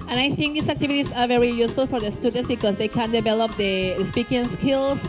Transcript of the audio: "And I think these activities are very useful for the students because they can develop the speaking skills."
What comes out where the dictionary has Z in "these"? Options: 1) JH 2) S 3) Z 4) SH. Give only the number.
2